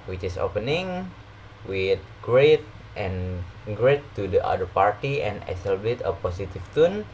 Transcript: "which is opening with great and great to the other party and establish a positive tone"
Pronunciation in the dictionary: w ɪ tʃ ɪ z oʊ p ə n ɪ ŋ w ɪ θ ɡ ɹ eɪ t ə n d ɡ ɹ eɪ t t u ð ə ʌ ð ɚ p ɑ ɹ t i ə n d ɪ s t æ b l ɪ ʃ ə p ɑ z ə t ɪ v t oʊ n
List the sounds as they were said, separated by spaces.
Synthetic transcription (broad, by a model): w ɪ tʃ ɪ s oʊ p ə n ɪ ŋ w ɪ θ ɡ ɹ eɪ t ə n ɡ ɹ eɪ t t u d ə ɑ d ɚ p ɑ ɹ t i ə n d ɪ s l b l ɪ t ə p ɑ s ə t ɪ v t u n